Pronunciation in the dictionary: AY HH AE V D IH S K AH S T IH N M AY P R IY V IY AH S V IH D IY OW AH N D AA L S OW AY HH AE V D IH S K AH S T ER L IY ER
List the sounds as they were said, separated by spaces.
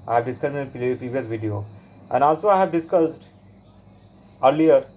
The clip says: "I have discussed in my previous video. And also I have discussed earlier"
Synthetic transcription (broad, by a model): AY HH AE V D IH S K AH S IH N P R IY V IY AH S V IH D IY OW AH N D AA L S OW AY HH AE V D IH S K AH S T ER L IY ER